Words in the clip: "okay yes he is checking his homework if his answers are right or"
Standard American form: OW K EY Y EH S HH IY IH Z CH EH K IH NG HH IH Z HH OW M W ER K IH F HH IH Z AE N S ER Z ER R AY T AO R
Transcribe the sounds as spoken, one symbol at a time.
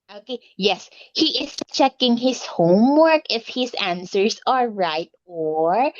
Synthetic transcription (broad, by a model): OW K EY Y EH S HH IY IH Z CH EH K IH NG HH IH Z HH OW M W ER K IH F HH IH Z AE N S ER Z ER R AY T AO R